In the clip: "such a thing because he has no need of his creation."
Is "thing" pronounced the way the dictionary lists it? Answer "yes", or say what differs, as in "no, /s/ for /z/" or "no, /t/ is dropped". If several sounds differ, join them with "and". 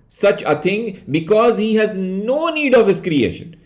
no, /t/ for /θ/